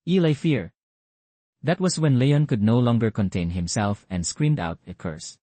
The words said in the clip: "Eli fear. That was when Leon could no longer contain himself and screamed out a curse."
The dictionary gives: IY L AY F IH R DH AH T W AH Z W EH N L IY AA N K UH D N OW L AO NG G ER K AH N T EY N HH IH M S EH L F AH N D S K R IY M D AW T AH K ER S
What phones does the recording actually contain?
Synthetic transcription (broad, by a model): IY L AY F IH R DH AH T W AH S W EH N L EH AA N K UH D N OW L AO NG G ER K AH N T EY N HH IH M S EH L F AH N D S K R IY M D AW T AH K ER S